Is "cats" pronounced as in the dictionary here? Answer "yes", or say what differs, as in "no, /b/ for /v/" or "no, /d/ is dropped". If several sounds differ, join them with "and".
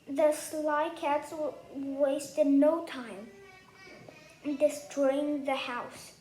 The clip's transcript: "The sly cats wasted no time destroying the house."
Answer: yes